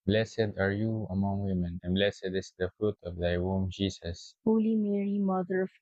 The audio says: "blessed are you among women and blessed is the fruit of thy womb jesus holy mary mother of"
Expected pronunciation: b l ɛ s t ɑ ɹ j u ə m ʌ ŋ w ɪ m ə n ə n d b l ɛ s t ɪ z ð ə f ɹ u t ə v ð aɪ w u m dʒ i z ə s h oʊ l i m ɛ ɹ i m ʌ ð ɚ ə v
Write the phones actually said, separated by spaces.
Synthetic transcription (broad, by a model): b l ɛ s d ɑ ɹ j u ə m ʌ ŋ w ɪ m ə n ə n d b l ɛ s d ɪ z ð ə f ɹ u t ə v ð aɪ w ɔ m dʒ i s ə s h oʊ l i m ɛ ɹ i m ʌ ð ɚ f